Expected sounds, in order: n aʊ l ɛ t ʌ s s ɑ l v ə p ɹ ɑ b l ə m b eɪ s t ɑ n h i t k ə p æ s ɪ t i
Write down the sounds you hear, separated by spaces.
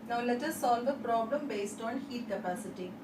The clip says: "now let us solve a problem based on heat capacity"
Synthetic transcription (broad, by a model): n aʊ l ɛ t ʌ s s ɑ l v ə p ɹ ɑ b l ə m b eɪ s t ɑ n h i t k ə p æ s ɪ t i